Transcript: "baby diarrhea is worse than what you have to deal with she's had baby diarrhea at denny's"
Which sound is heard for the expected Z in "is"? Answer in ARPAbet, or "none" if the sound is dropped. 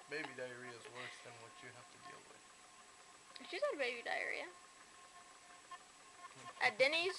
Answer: Z